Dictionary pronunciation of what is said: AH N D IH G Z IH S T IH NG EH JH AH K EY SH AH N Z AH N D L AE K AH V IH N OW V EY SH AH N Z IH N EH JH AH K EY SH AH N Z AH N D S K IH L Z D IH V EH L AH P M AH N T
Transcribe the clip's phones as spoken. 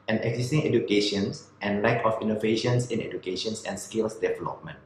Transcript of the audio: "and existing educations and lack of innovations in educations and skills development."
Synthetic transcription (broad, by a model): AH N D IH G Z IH S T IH NG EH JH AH K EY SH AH N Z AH N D L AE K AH F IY N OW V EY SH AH N S IH N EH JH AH K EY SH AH N S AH N S K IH L S D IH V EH L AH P M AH N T